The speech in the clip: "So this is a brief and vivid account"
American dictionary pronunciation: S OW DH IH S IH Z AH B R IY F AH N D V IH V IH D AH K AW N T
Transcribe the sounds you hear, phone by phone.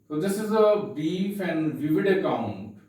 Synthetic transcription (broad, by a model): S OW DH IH S IH Z AH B IY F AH N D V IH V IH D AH K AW N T